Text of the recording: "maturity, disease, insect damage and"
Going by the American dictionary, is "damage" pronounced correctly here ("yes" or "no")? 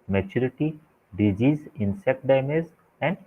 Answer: no